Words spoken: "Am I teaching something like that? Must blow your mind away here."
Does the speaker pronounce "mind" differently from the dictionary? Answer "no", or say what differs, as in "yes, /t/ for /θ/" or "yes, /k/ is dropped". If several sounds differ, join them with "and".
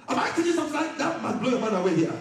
yes, /d/ is dropped